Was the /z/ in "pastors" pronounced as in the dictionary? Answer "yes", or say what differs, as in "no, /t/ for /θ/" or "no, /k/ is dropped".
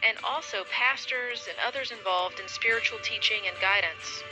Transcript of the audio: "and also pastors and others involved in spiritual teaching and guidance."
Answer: yes